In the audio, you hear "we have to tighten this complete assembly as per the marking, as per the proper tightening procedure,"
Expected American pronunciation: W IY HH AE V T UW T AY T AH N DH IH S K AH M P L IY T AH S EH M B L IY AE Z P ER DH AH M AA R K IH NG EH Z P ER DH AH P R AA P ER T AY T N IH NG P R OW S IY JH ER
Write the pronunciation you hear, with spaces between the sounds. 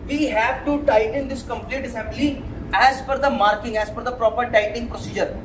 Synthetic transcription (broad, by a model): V IY HH AE V T UW T AY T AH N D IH S K AH M P L IY T AH S EH M B L IY AE Z F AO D AH M AA R K IH NG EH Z F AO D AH P R AA P ER T AY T IH NG P R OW S IY JH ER